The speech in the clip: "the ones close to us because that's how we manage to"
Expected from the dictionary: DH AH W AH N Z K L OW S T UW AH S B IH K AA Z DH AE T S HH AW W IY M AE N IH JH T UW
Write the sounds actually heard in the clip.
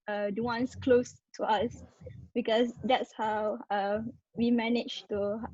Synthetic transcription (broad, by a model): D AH W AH N S K L OW S T UW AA S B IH K AA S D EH T S HH AW W IY M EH N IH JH T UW